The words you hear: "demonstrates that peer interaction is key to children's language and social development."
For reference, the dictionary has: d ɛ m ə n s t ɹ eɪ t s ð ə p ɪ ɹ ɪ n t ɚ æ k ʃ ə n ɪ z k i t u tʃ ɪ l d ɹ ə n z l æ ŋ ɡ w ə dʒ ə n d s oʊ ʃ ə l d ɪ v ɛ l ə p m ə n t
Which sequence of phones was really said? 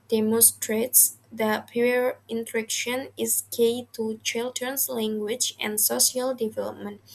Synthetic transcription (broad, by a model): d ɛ m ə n s t ɹ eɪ t s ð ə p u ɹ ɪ n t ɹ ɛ k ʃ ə n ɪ s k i t u tʃ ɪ l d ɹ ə n s l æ ŋ ɡ w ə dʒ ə n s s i ə l d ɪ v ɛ l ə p m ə n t